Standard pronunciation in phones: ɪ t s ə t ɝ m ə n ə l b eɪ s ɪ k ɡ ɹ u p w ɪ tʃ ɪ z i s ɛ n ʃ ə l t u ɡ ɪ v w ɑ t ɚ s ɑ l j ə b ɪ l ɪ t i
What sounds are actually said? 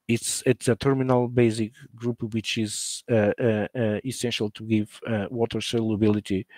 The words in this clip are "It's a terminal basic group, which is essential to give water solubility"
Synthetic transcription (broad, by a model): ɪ t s ə t ɝ m ə n ə l b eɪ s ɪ k ɡ ɹ u p w ɪ tʃ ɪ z i s ɛ n ʃ ə l t u ɡ ɪ v w ɑ t ɚ s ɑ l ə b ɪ l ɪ t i